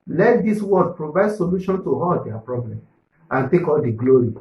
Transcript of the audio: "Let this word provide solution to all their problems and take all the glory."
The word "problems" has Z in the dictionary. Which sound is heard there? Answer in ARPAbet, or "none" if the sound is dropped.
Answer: none